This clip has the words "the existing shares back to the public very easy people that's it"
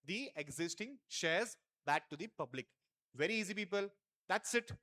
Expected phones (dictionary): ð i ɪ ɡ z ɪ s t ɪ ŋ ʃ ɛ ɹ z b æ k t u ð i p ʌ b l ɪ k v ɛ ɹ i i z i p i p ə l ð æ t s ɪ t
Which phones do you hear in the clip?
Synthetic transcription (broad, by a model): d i ɪ ɡ z ɪ s t ɪ ŋ ʃ ɛ ɹ z b æ k t u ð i p ʌ b l ɪ k v ɛ ɹ i i z i p i p ə l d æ t s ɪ t